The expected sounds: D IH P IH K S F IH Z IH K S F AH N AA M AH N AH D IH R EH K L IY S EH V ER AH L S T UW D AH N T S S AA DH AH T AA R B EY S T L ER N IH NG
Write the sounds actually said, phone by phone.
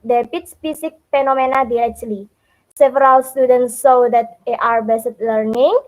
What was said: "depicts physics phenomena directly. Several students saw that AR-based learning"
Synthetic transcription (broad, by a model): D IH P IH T S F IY S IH K F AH N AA M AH N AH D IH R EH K L IY S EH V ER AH L S T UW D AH N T S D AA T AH T AA R B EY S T L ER N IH NG